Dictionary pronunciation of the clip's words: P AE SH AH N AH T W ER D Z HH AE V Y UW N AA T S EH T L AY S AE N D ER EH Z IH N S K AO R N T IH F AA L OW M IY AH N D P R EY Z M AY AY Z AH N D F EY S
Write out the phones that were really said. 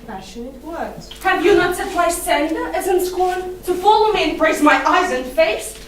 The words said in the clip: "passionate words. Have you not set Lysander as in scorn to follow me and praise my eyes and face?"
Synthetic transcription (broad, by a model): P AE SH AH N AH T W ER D HH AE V Y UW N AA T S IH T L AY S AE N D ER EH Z IH N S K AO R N T IH F AA L OW M IY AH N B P R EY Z M AY AY Z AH N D F EY S